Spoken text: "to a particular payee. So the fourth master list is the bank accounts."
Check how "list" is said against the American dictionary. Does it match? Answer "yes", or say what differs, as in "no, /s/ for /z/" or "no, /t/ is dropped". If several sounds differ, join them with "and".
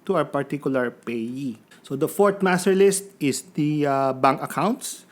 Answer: yes